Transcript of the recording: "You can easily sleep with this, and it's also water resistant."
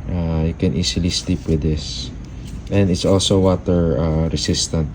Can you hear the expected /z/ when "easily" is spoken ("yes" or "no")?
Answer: no